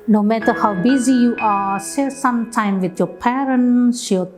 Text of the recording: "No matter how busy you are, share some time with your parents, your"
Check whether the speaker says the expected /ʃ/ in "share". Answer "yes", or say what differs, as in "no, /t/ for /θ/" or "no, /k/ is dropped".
no, /s/ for /ʃ/